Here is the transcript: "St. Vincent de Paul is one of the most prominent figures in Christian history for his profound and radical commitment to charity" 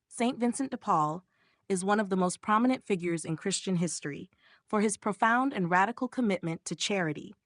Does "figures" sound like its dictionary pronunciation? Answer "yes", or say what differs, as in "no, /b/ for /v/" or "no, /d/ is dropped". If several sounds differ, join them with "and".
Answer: yes